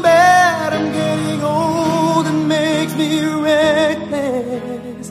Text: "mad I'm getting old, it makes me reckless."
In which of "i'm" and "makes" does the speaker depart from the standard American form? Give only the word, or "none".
makes